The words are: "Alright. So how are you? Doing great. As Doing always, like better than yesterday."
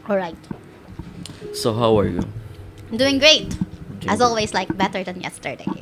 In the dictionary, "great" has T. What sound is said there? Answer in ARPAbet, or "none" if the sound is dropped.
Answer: T